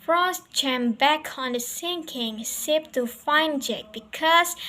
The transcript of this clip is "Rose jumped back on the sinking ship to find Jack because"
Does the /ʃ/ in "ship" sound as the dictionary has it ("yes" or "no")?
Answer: no